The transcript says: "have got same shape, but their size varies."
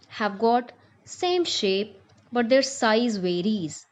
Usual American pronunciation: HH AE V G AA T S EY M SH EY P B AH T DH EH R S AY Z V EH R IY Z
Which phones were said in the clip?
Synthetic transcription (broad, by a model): HH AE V G AA T S EY M SH EY P B AH T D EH R S AY Z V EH R IY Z